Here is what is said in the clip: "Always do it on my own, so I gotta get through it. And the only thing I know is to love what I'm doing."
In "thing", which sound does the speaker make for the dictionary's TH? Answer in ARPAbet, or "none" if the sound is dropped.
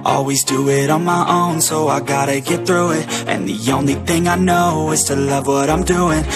TH